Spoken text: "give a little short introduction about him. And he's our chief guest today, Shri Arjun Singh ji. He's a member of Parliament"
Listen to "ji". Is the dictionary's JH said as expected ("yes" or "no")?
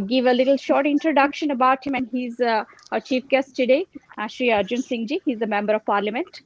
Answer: yes